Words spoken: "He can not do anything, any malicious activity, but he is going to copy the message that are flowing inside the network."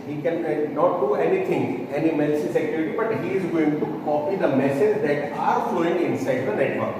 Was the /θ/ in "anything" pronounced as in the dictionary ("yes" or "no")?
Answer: no